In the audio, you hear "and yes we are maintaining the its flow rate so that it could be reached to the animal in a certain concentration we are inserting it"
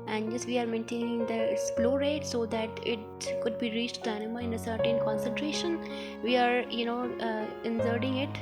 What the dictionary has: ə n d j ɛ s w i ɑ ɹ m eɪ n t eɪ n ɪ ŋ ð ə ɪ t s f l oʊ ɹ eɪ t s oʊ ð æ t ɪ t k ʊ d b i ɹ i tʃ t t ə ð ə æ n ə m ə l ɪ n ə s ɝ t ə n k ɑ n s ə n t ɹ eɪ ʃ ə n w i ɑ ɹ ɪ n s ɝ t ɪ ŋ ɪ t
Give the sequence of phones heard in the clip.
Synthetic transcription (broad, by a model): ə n d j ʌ s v i ɑ ɹ m eɪ n t eɪ n ɪ ŋ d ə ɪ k s p l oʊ ɹ eɪ t s oʊ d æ t ɪ t k ʊ d b i ɹ i tʃ t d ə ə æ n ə m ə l ɪ n ə s ɝ t ə n k ɑ n s ə n t ɹ eɪ ʃ ə n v i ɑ ɹ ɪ n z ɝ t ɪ ŋ ɪ t